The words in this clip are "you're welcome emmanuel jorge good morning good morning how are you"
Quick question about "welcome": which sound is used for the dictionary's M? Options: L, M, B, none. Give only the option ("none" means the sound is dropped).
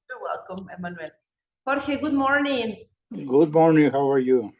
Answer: M